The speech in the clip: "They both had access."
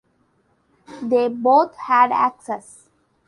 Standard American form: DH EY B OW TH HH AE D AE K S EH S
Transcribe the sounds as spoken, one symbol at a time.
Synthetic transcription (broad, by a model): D EY B OW T HH AE D AE K S EH S